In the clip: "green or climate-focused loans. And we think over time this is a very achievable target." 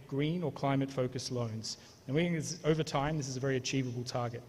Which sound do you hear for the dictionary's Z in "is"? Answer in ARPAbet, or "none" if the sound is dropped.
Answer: Z